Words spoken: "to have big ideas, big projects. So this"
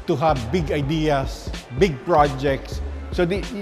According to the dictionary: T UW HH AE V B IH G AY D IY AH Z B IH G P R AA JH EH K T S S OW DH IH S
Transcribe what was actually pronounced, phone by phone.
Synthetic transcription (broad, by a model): T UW HH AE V B IH G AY D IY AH S B IH G P R AA JH EH K T S S OW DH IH